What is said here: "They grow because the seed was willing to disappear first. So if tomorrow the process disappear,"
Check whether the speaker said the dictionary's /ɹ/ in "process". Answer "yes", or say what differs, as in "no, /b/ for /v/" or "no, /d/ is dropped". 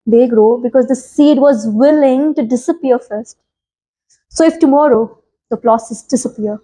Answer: no, /l/ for /ɹ/